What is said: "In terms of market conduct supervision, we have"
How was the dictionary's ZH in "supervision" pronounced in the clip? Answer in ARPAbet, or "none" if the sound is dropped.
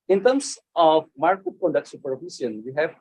S